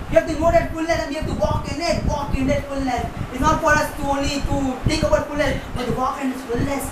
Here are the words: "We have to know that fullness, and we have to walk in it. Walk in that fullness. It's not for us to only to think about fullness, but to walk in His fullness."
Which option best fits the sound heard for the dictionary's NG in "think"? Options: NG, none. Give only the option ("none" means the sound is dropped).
none